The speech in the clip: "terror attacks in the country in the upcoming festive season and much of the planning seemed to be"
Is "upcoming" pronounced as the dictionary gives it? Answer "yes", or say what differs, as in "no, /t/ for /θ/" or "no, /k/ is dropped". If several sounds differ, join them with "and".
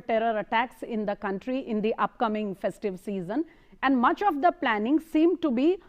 yes